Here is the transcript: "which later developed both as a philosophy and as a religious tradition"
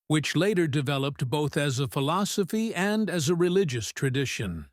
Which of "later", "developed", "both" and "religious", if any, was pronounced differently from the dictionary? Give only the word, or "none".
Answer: none